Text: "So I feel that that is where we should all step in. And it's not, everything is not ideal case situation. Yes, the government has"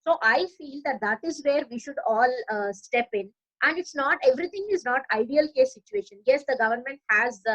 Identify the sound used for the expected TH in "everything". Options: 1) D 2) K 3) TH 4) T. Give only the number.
4